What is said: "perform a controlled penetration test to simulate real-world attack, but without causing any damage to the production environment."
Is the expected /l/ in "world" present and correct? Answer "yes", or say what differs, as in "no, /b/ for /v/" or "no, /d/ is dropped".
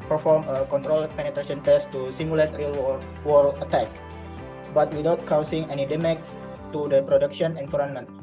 no, /w/ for /l/